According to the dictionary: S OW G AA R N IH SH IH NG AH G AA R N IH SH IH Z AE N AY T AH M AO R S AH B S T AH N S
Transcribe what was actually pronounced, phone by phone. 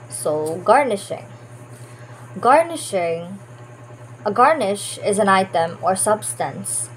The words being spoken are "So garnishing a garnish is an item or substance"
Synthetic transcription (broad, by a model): S OW G AA R N IH SH IH NG AH G AA R N IH SH IH Z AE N AY T AH M AO R S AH B S T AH N S